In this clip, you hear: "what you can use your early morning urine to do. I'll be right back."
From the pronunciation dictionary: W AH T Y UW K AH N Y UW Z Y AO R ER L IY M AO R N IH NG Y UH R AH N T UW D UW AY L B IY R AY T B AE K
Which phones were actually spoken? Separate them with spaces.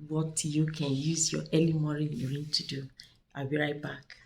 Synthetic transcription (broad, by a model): W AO T Y UW K AH N Y UW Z Y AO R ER L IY M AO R IH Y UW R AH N T UW D UW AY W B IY R AY T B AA K